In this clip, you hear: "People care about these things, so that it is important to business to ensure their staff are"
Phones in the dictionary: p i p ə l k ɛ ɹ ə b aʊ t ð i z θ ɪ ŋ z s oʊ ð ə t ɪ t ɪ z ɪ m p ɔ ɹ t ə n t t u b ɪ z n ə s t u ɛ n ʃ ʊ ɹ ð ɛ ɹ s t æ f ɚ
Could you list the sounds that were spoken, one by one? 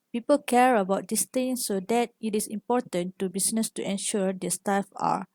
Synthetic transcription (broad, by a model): p i p ə l k ɛ ɹ ə b aʊ t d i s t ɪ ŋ s oʊ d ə t ɪ t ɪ s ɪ m p ɔ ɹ t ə n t t u b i s n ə s t u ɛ n ʃ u ɹ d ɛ s t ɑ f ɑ